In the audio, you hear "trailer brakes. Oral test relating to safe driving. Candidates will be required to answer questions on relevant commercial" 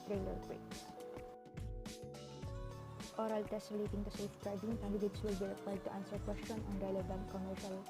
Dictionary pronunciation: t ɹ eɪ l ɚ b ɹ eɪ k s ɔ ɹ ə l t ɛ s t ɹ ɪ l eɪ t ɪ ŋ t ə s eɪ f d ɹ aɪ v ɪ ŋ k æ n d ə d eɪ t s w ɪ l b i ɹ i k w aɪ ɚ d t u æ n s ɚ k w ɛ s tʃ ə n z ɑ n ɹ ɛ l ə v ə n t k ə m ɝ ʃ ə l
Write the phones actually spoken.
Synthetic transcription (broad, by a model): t ɹ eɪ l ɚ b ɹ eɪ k ɔ ɹ ə l t ɛ s t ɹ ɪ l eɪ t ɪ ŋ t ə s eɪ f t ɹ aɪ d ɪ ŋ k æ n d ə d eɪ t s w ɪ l b i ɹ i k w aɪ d t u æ n s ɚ k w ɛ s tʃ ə n ɑ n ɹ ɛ l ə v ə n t k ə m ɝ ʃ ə l